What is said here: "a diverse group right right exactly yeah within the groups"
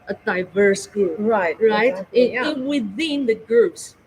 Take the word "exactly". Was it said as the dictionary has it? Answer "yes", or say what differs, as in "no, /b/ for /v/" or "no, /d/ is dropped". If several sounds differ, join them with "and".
no, /l/ is dropped